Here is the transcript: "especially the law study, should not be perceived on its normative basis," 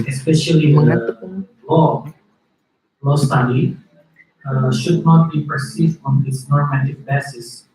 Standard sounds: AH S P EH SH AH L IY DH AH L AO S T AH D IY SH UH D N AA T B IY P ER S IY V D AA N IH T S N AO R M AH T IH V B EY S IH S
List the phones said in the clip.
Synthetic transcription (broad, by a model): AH S P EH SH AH L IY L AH L AO S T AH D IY SH UH D N AA T B IY P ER S IY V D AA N IH T S N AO R M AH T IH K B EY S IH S